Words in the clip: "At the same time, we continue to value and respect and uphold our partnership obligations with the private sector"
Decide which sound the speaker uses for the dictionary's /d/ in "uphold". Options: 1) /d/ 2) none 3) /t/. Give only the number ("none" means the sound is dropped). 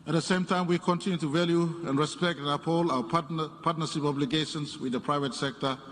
2